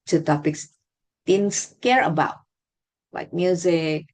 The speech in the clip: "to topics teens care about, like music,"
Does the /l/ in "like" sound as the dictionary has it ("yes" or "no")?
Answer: no